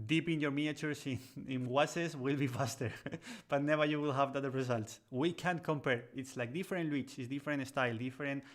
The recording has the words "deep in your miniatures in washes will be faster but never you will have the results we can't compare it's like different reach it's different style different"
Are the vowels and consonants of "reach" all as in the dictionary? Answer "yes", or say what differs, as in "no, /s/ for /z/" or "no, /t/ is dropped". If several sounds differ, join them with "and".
no, /w/ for /ɹ/